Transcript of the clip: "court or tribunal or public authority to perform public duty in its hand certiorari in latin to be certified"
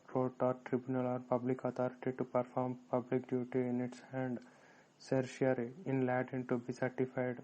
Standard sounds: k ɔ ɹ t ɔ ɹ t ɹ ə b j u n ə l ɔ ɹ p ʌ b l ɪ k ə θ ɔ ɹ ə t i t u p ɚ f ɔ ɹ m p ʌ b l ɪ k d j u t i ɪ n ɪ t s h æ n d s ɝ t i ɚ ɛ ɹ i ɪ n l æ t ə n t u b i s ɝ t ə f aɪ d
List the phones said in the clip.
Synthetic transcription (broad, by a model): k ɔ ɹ t ɔ ɹ t ɹ ə b j u n ə l ɔ ɹ p ʌ b l ɪ k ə t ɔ ɹ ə t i t u p ɚ f ɔ ɹ m p ʌ b l ɪ k d j u t i ɪ n ɪ t s h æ n d s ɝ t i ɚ ɹ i ɪ n l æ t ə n t u b i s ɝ t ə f aɪ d